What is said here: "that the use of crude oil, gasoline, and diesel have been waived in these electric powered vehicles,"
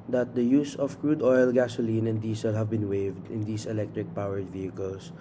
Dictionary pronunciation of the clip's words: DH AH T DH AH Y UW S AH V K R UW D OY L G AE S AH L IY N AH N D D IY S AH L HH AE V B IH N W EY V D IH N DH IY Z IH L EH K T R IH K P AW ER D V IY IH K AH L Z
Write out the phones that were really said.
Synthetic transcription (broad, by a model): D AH T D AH Y UW S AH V K R UW D OY L G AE S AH L IY N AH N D D IY S AH L HH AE V B IH N W EY V D IH N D IY S IH L EH K T R IH K P AW ER D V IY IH K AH L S